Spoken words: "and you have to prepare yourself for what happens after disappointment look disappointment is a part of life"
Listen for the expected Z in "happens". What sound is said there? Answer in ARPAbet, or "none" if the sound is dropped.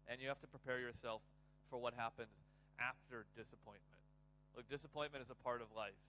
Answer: Z